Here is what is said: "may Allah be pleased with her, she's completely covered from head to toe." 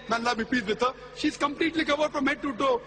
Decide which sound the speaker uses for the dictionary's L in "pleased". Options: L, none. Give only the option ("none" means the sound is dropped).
none